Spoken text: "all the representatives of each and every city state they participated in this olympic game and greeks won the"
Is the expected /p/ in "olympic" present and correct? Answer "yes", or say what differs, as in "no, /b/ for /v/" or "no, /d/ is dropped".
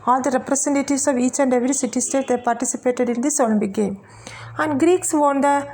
no, /b/ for /p/